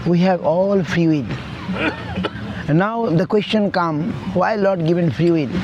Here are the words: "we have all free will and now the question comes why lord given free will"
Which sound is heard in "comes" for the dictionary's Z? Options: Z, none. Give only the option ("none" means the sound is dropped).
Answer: none